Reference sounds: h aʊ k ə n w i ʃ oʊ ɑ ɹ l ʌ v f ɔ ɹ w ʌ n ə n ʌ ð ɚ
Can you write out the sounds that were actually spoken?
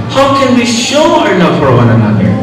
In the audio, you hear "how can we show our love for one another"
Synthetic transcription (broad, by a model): h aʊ k ə n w i ʃ oʊ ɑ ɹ n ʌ f ɔ ɹ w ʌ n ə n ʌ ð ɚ